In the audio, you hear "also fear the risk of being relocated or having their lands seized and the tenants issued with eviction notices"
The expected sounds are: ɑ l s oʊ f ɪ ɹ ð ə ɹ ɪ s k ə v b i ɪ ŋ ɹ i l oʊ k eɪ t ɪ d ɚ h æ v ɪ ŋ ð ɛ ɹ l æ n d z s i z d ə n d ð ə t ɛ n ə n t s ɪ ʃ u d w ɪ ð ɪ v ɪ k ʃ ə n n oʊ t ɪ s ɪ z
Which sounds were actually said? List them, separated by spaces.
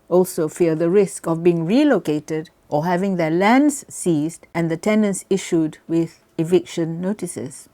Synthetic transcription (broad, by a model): ɑ l s oʊ f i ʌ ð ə ɹ ɪ s k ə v b i ɪ ŋ ɹ i l oʊ k eɪ t ɪ d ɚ h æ v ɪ ŋ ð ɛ l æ n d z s i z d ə n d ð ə t ɛ n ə n s ɪ ʃ u d w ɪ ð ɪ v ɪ k ʃ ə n n oʊ t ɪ s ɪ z